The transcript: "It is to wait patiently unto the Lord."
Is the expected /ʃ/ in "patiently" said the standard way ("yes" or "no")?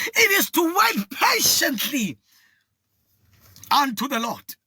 yes